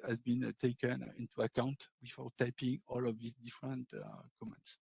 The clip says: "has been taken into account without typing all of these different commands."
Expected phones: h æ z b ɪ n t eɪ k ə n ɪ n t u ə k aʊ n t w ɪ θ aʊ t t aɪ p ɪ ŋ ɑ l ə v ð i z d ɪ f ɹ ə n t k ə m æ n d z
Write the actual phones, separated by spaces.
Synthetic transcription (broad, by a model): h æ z b ɪ n t eɪ k ə n ɪ n t u ə k aʊ n t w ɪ f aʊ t t aɪ p ɪ ŋ ɑ l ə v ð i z d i f ɹ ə n t k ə m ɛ n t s